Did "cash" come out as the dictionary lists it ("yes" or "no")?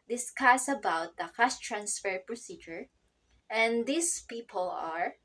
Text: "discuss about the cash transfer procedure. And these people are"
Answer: no